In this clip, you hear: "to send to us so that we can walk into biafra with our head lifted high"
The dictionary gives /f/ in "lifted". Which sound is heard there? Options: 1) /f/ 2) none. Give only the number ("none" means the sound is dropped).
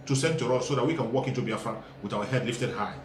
1